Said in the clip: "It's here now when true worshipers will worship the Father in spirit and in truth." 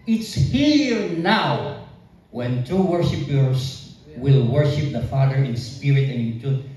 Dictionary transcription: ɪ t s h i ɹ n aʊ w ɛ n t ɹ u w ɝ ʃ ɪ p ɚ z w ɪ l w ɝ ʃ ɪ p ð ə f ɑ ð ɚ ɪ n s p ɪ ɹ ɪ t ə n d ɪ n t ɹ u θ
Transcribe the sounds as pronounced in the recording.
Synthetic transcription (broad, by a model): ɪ t s h i ɹ n aʊ w ɛ n t u w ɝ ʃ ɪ p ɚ s w ɪ l w ɝ ʃ ɪ p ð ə f ɑ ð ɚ ɪ n s p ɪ ɹ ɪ t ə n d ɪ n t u